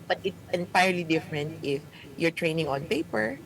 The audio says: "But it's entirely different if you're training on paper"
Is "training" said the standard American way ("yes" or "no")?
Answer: yes